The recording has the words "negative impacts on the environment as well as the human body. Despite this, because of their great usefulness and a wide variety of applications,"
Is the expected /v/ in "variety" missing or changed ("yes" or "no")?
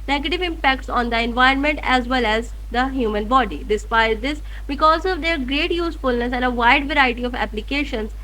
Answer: no